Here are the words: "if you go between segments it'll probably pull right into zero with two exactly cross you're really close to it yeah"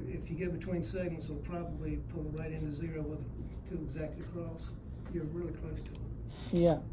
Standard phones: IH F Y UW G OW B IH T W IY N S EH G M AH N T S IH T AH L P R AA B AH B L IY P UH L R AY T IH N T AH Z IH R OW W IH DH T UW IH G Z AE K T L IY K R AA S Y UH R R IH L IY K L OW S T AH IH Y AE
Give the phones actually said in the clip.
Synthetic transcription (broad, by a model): IH F Y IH G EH B IH T W IY N S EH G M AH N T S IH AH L P R AA B AH B L IY P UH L R AY T IH N T AH Z IH R OW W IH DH T UW IH G Z AE K T L IY K R AA S Y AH R R IH L IY K L OW S T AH IH Y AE